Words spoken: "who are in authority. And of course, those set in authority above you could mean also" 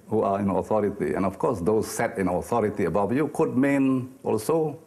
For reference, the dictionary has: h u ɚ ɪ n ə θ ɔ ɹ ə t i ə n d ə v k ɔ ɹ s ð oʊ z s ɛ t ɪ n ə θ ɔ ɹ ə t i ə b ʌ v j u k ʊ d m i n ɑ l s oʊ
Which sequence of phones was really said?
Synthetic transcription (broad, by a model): h u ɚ ɪ n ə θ ɔ ɹ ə t i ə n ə f k ɔ s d oʊ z s ɛ t ɪ n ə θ ɔ ɹ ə t i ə b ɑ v j u k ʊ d m i n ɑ l s oʊ